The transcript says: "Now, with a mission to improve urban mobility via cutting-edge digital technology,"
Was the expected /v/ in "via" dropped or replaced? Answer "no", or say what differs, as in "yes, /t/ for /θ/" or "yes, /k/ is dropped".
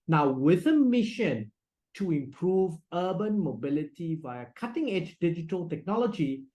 no